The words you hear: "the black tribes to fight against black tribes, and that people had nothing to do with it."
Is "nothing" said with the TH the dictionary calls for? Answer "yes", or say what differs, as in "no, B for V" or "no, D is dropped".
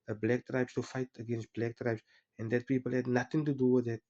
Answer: no, T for TH